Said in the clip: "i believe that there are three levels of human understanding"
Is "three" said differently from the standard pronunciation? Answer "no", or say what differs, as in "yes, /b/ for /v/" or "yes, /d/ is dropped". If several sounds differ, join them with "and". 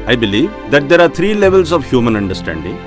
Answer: yes, /t/ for /θ/